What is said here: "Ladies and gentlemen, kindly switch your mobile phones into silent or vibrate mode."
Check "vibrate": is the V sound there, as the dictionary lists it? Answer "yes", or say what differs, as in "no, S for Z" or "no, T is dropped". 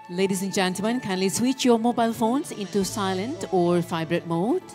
no, F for V